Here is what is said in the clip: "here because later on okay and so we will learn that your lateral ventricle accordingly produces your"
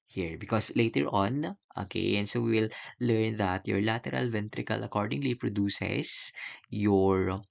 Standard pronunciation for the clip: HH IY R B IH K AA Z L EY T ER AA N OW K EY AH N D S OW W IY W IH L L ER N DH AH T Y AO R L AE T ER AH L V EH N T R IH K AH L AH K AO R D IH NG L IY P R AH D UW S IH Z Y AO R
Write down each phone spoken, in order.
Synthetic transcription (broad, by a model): HH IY R B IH K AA S L EY T ER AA N OW K EY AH N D S OW W IY W IH L L ER N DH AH T Y AO R L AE T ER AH L V EH N T R IH K AH L AH K AO R D IH NG L IY P R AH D UW S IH S Y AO R